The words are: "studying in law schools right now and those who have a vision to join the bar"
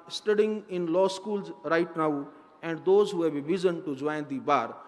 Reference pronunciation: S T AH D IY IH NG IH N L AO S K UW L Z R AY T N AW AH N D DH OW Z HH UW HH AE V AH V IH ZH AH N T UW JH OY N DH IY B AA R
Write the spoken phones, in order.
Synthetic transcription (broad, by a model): S T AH D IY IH NG IH N L AO S K UW L Z R AY T N AW AH N D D OW Z HH UW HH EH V AH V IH Z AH N T UW JH OY N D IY B AA R